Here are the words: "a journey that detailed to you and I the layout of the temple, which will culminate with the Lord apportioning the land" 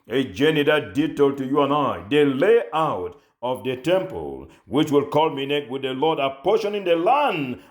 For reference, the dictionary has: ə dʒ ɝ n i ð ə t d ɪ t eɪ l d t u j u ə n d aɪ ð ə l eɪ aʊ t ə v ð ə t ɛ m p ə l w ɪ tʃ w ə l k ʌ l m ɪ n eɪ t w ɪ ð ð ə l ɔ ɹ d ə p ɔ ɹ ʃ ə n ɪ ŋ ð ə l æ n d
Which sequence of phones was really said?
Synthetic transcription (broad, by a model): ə dʒ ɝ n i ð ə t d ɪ t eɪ l t u j u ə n aɪ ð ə l eɪ aʊ t ə v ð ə t ɛ m p ə l w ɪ tʃ w ə l k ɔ l m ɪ n eɪ t w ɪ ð ð ə l ɔ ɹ d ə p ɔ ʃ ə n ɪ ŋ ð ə l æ n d